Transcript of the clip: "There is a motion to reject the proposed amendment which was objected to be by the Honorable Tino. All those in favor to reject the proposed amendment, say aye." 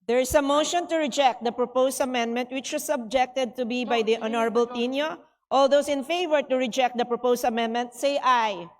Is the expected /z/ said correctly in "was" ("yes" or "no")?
no